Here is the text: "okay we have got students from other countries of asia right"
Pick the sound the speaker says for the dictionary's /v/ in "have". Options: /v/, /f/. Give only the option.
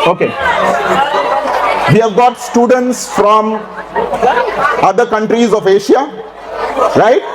/v/